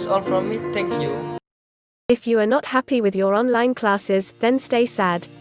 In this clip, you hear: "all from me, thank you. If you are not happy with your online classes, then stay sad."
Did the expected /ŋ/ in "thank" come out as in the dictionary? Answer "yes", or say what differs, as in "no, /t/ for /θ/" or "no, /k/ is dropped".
no, /ŋ/ is dropped